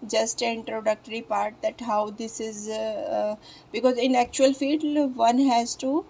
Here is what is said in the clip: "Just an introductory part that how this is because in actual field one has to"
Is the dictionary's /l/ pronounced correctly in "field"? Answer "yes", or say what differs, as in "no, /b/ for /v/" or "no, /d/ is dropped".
no, /l/ is dropped